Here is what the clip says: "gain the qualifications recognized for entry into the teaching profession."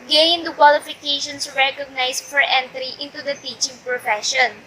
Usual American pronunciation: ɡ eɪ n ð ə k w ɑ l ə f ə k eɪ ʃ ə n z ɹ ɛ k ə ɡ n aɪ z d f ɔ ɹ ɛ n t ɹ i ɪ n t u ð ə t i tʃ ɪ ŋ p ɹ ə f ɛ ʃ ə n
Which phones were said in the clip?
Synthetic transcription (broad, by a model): ɡ eɪ n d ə k w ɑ l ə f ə k eɪ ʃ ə n s ɹ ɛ k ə ɡ n aɪ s f ɔ ɹ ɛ n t ɹ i ɪ n t u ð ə t i tʃ ɪ ŋ p ɹ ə f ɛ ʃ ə n